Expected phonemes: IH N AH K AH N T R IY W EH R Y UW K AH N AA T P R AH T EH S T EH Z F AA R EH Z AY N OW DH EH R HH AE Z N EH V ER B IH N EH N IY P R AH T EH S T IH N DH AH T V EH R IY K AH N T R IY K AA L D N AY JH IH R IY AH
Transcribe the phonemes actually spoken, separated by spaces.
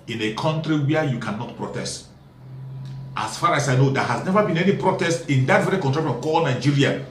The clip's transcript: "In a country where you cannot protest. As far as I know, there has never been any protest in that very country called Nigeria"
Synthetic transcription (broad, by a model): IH N AH K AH N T R IY W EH Y UW K AH N AA T P R AH T EH S T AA S F AA R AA S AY N OW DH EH HH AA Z N EH V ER B IH N EH N IY P R AH T EH S T IH N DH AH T V EH R IY K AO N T R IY K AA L N AY JH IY R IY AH